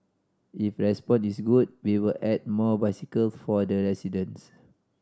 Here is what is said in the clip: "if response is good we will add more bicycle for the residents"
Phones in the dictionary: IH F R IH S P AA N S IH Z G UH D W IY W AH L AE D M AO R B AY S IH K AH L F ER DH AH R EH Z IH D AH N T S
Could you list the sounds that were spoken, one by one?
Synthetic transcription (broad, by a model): IH F R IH S P AA N IH S G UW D W IY W AH L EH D M AO B AY S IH K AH L F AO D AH R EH S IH D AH N S